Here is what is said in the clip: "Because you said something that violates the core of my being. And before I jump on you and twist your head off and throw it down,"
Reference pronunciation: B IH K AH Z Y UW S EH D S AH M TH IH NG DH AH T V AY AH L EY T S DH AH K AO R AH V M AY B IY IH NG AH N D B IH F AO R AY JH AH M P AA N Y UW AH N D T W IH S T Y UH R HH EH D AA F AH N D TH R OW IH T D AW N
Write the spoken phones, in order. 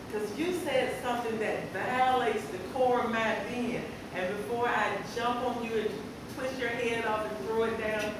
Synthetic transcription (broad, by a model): K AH Z Y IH S EH D S AH M TH IH NG DH AH T V AY AH L EY T S DH AH K AO R AH V M AY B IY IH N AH N B IH F AO R AY JH AH M P N Y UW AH N T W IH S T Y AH R HH EH D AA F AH N TH R OW IH T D AW N